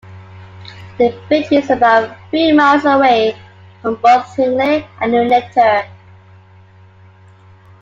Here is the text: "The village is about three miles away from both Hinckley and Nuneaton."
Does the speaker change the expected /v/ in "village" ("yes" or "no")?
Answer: yes